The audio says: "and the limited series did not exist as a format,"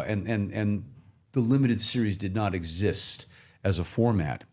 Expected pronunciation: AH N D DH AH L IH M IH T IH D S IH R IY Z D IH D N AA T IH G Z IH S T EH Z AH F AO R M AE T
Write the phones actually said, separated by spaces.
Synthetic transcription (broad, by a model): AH N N DH AH L IH M IH T IH D S IH R IY Z D IH D N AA T IH G Z IH S T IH Z AH F AO R M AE T